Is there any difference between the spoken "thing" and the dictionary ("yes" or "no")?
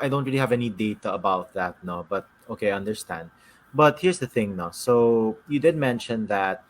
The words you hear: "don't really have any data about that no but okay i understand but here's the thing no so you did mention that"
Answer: no